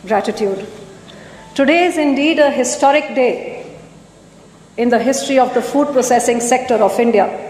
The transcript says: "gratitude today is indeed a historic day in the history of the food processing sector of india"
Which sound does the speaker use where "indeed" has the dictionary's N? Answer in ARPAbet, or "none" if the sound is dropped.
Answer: N